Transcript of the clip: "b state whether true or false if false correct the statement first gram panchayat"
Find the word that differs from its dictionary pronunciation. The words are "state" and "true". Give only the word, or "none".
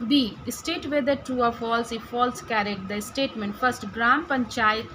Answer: true